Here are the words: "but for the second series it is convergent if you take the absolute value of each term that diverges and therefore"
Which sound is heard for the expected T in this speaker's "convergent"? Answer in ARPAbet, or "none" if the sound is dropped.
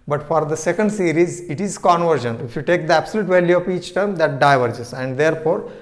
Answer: none